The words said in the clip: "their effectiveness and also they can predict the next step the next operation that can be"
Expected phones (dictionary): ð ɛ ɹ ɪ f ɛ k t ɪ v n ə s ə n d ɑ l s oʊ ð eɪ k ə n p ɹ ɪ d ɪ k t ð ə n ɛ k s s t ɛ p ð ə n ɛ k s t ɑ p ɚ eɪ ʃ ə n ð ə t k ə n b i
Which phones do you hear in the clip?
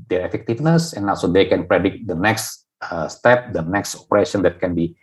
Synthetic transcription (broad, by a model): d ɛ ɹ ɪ f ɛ k t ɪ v n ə s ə n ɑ s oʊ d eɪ k ə n p ɹ ɪ d ɪ k t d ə n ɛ k s s t ɛ p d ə n ɛ k s t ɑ p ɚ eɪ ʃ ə n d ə t k ə n b i